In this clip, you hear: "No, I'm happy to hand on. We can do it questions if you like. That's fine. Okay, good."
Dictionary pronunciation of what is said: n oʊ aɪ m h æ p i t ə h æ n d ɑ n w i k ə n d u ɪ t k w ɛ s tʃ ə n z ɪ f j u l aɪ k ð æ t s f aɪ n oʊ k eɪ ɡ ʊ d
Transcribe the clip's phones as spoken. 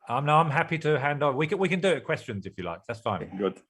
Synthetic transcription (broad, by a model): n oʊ aɪ m h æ p i t ə h æ n d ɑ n w i k ə n d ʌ ɪ t k w ɛ s tʃ ə n z ɪ f j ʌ l aɪ k ð æ t s f aɪ n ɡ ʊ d